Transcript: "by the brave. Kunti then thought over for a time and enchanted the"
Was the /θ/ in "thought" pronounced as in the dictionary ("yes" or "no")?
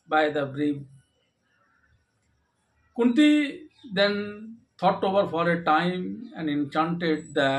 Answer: no